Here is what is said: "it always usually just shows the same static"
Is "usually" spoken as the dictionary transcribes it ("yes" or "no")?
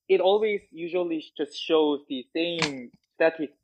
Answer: yes